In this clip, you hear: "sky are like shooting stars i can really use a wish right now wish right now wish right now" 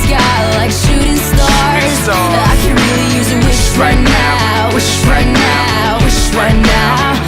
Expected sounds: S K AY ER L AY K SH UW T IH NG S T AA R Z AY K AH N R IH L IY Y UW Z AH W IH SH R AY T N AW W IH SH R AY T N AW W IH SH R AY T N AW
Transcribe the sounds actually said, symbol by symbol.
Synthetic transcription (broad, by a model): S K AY L AY K SH UW T IH NG S T AA R Z AY K AH N R IH L IY Y UW Z AH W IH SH R AY T N AW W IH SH R AY T N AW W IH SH R AY T N AW